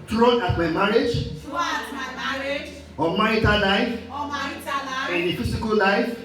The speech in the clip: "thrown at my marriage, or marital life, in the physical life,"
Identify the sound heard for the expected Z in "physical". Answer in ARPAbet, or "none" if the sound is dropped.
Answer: S